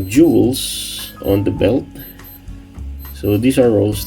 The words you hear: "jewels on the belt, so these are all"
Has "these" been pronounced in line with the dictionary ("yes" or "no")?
no